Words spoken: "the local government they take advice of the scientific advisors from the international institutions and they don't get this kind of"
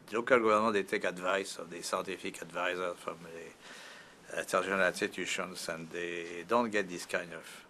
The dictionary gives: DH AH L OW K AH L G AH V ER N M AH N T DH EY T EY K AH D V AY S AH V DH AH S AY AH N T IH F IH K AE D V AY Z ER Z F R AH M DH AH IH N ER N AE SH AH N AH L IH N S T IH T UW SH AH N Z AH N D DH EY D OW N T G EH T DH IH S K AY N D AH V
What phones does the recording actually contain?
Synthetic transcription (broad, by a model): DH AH L OW K AH L G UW V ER N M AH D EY T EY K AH D V AY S AH V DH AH S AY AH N T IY F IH K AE D V AY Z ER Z F R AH M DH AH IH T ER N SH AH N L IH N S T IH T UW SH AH N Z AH N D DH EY D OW N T G EH T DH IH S K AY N AH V